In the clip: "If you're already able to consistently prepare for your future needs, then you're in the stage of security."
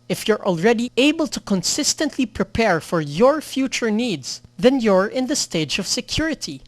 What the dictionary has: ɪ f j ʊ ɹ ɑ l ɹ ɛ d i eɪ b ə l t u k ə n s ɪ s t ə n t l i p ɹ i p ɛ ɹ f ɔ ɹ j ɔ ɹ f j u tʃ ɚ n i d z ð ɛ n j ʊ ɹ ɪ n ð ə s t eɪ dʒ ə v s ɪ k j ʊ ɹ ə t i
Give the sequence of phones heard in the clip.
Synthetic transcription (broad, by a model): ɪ f j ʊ ɹ ɑ l ɹ ɛ d i eɪ b ə l t u k ə n s ɪ s t ə n t l i p ɹ i p ɛ ɹ f ɔ ɹ j ɔ ɹ f j u tʃ ɚ n i d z ð ɛ n j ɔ ɹ ɪ n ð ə s t eɪ dʒ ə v s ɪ k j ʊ ɹ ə t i